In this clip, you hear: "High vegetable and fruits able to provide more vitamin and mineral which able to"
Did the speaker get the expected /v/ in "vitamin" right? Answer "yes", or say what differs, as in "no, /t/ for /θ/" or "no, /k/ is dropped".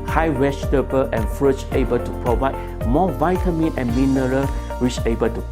yes